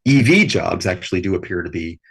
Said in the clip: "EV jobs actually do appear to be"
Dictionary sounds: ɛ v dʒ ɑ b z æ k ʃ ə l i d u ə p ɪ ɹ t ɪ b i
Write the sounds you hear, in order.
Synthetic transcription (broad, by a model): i v dʒ ɑ b z æ k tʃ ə l i d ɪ ə p ɪ ɹ t ɪ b i